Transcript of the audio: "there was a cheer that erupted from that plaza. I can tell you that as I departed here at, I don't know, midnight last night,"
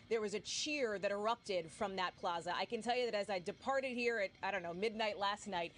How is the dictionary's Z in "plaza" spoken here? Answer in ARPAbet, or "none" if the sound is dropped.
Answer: Z